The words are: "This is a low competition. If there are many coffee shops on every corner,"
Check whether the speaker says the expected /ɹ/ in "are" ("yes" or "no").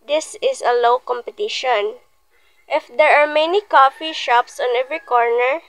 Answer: yes